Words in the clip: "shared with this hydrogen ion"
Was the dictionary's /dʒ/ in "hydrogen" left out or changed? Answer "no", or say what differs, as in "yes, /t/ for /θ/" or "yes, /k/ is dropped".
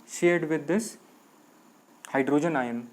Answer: no